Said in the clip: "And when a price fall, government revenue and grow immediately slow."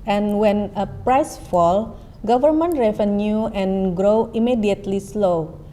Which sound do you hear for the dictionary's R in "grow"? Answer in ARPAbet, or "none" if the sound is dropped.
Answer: R